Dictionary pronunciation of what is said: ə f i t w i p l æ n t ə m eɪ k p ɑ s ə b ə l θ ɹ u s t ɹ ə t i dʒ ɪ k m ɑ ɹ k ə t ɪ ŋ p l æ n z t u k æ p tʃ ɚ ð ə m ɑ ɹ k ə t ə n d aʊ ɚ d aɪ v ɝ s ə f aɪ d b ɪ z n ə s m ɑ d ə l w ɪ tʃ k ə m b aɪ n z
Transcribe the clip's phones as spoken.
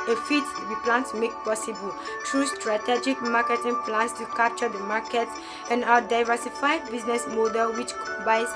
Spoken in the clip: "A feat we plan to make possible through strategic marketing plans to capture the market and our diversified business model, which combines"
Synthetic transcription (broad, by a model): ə f i t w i p l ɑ n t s m eɪ k p ɑ s ə b ə l t ɹ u s t ɹ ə t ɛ dʒ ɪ k m ɑ k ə t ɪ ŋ p l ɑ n s t u k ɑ p tʃ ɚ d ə m ɑ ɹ k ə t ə n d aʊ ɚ d aɪ v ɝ s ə f aɪ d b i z n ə s m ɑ d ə l w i tʃ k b aɪ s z